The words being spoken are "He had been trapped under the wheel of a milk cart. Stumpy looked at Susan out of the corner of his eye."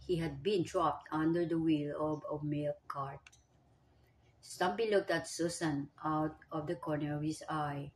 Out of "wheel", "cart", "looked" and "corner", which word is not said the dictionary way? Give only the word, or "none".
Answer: none